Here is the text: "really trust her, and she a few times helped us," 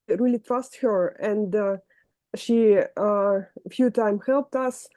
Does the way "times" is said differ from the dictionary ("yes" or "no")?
yes